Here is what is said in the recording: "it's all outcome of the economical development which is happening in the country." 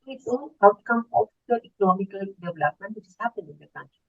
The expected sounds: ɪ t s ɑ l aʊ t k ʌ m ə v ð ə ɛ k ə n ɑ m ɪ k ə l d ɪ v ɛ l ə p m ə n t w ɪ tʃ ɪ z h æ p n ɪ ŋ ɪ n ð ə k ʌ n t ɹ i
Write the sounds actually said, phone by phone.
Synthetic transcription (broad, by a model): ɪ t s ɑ n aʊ t k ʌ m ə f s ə ɛ k ə n ɑ m ɪ k ə l d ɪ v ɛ l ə p m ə n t w ɪ tʃ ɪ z h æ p ɪ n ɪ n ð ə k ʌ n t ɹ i